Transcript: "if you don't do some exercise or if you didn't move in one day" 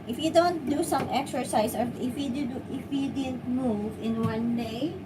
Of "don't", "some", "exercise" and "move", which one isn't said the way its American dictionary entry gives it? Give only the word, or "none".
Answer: exercise